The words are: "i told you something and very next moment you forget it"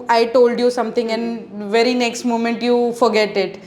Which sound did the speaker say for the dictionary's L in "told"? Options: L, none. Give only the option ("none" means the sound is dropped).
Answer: L